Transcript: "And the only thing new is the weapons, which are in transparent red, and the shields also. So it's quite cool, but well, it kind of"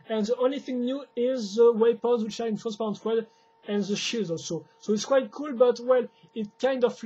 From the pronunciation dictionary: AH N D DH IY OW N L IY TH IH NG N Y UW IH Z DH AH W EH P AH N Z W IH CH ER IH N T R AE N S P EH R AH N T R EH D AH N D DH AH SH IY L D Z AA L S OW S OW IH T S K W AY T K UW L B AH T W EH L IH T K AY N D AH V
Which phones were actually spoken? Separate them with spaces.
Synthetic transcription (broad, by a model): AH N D DH IY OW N L IY TH IH NG N Y UW IH Z DH AH W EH P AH Z W IH CH IH N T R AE N S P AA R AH N T W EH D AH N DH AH SH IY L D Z AA L S OW S OW IH T S K W AY T K UW L B AH T W EH L IH T K AY N D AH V